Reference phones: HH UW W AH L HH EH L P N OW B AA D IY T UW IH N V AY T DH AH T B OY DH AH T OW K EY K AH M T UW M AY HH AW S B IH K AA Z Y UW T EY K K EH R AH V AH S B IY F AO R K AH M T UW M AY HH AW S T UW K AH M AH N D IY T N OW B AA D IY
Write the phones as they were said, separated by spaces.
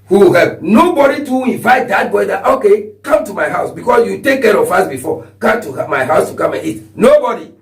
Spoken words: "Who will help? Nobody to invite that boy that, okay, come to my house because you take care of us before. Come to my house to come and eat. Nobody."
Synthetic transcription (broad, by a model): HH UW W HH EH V N OW B AA D IY T UW IH N V AY T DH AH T B OY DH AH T OW K EY K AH M T UW M AY HH AW S B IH K AA S Y UW T EY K K EH R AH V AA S B IY F AO K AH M T UW M AY HH AW S T UW K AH M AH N IY T N OW B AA D IY